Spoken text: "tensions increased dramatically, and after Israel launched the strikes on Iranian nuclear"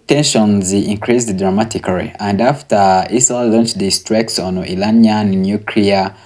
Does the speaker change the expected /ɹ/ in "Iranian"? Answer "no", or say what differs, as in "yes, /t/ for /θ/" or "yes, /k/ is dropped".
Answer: yes, /l/ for /ɹ/